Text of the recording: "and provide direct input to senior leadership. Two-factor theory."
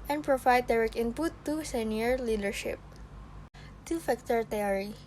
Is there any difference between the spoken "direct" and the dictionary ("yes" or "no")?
yes